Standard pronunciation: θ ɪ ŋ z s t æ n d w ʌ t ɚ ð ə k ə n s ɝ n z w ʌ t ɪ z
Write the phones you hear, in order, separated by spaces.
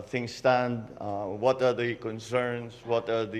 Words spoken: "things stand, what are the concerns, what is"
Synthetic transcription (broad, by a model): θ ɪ ŋ s t æ n d w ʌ t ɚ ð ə k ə n s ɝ n s w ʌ t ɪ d